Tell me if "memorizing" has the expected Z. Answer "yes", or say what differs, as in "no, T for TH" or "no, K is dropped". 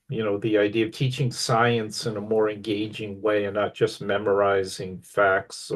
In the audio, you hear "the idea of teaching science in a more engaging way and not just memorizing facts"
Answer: yes